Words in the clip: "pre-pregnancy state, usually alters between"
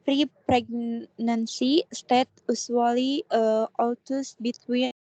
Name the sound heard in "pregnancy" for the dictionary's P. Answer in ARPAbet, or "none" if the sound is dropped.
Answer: P